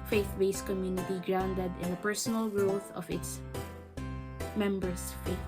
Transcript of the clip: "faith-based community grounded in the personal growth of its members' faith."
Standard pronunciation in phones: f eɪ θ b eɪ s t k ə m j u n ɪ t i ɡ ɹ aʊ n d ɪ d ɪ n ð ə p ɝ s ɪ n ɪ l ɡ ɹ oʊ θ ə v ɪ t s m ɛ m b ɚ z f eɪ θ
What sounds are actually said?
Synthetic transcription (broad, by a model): f eɪ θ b eɪ s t k ə m j u n ɪ t i ɡ ɹ aʊ n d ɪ d ɪ n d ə p ɝ s ɪ n ɪ l ɡ ɹ oʊ θ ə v ɪ t s m ɛ m b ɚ s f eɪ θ